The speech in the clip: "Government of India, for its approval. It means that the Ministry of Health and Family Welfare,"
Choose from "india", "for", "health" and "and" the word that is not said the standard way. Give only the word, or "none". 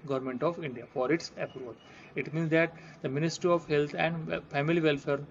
health